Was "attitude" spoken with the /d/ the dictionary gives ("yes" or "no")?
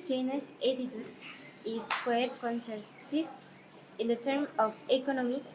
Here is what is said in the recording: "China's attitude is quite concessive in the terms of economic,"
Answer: no